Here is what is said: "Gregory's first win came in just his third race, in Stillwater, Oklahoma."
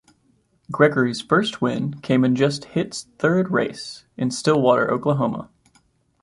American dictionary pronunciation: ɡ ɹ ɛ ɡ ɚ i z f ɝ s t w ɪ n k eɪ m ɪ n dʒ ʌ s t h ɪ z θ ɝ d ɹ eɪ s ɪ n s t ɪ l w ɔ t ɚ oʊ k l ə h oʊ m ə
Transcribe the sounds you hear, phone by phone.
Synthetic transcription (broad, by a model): ɡ ɹ ɛ ɡ ɚ i z f ɝ s t w ɪ n k eɪ m ɪ n dʒ ʌ s t h ɪ s θ ɝ d ɹ eɪ s ɪ n s t ɪ l w ɔ t ɚ oʊ k l ə h oʊ m ə